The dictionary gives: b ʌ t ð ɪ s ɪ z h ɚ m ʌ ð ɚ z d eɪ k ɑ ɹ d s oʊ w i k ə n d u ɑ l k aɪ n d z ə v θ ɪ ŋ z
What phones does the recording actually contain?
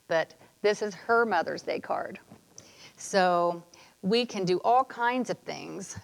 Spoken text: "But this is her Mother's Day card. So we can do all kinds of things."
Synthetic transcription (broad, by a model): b ʌ t ð ɪ s ɪ z h ɚ m ʌ ð ɚ z d eɪ k ɑ ɹ d s oʊ w i k ə n d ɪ ɑ l k aɪ n d z ə v θ ɪ ŋ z